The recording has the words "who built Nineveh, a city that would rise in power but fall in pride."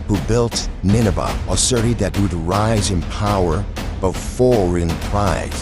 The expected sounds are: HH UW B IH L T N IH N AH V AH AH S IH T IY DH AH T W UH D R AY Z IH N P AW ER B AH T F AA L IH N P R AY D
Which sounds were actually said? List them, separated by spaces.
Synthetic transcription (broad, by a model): HH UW B IH L T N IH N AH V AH AH S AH T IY DH AH T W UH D R AY Z IH N P AW ER B AH T F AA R IH N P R AY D